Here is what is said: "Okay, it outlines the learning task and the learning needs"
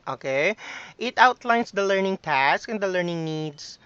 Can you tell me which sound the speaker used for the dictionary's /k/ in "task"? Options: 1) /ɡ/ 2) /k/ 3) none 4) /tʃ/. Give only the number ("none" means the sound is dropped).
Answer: 2